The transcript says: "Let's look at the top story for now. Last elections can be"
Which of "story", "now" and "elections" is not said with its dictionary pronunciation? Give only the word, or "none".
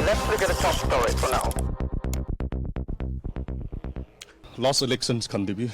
elections